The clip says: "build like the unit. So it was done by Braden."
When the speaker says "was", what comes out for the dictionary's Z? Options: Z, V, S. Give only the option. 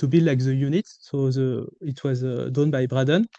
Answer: Z